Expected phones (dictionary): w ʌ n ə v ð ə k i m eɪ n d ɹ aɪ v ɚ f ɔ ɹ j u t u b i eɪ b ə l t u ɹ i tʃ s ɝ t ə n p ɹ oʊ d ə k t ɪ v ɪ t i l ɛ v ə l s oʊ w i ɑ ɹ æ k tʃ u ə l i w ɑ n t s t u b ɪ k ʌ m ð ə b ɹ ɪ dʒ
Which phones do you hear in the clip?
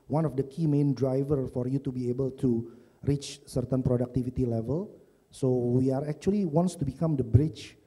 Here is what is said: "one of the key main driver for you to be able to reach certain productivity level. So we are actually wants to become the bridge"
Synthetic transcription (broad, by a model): w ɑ n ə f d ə k i m eɪ n d ɹ aɪ v ɚ f ɔ ɹ j u t u b i eɪ b ə l t u ɹ i tʃ s ɝ t ə n p ɹ oʊ d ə k t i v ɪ t i l ɛ v ə l s oʊ w i ɑ ɹ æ k tʃ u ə l i w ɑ n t s t u b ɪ k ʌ m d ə b ɹ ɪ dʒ